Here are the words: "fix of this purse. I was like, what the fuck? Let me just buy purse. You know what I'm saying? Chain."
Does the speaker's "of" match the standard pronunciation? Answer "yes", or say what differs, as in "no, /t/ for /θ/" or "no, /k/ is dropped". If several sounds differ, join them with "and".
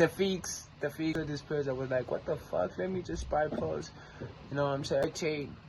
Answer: no, /f/ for /v/